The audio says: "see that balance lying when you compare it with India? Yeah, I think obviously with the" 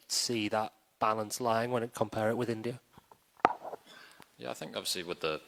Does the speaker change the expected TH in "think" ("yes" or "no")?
no